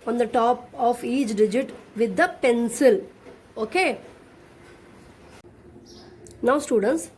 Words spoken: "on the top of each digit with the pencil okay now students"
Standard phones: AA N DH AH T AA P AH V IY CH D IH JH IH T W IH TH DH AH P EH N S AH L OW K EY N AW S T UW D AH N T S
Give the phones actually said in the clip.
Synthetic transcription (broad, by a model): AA N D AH T AA P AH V IY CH D IH JH IH T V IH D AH P EH N S AH L OW K EY N AW S T UW D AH N T S